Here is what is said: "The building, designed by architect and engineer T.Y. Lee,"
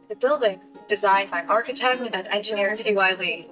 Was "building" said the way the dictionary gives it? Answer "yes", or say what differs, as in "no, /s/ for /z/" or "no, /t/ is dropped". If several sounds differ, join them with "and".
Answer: yes